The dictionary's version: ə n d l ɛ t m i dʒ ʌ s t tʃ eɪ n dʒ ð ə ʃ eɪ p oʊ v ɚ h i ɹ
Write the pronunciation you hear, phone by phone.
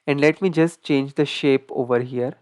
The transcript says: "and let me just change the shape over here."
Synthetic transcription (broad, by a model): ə n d l ɛ t m i dʒ ʌ s t tʃ eɪ n dʒ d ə ʃ eɪ p oʊ v ɚ h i ɹ